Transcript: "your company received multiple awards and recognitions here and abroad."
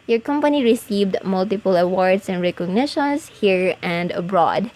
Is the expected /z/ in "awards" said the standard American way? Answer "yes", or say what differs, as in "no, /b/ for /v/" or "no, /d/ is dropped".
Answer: no, /s/ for /z/